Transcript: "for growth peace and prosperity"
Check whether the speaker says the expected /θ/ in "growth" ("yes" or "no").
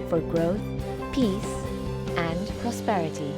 yes